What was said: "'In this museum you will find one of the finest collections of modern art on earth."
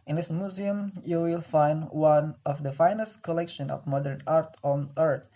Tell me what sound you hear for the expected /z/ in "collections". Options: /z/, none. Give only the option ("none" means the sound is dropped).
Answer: none